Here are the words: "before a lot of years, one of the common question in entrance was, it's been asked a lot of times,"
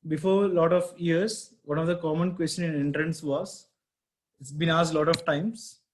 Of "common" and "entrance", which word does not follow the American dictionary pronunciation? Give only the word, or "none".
none